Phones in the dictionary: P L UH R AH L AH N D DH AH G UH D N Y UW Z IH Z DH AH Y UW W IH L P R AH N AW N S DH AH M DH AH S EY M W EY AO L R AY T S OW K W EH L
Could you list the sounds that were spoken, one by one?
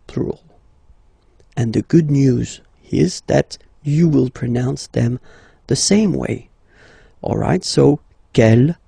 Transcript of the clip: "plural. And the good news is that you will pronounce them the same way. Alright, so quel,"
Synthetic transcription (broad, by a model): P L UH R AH L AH N DH AH G UH D N Y UW Z IH Z DH AH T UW W IH L P R AH N AW N S DH AH M DH AH S EY M W EY AO L R AY T S OW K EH L